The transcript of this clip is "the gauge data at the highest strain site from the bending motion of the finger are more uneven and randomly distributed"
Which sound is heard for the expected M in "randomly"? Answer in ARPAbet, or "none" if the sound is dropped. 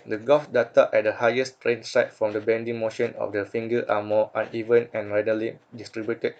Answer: none